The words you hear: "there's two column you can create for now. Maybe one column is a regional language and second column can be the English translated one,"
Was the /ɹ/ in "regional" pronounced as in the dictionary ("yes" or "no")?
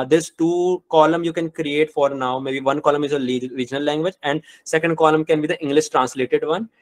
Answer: no